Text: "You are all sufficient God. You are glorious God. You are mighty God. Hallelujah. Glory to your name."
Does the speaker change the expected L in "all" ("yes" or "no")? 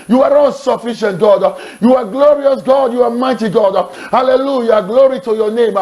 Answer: yes